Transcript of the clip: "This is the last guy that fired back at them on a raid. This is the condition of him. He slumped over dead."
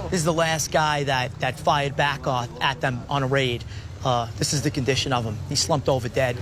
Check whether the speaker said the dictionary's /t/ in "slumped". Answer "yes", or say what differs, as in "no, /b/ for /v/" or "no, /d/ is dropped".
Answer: yes